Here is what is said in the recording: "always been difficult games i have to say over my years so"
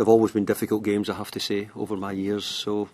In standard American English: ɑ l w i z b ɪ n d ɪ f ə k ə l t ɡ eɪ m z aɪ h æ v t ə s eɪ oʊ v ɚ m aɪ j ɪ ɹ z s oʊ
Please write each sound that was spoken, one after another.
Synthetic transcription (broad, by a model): ɑ l w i z b ɪ n d ɪ f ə k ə l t ɡ eɪ m z aɪ h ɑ f t ə s eɪ oʊ v ɚ m aɪ j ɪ ɹ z s oʊ